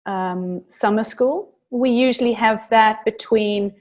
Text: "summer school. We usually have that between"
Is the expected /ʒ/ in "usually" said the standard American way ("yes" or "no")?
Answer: yes